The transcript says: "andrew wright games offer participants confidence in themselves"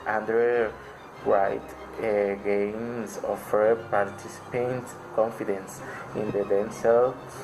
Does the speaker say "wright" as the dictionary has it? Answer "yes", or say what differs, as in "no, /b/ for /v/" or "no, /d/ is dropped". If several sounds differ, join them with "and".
no, /w/ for /ɹ/